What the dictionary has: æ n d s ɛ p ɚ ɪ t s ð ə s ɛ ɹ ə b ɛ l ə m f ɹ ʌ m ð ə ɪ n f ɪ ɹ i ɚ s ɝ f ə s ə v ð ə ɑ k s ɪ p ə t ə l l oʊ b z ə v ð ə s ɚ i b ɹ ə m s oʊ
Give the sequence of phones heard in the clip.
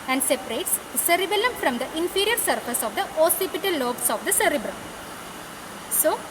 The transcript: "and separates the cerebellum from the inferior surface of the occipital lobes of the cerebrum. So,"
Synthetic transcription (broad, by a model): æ n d s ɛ p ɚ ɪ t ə s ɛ ɹ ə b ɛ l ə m f ɹ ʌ m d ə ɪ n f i ɹ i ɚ s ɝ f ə s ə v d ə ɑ s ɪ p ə t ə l l oʊ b s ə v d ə s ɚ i b ɹ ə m s oʊ